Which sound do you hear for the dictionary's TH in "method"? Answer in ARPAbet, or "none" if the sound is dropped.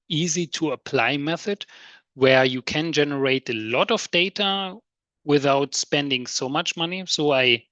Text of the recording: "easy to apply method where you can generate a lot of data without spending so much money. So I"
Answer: TH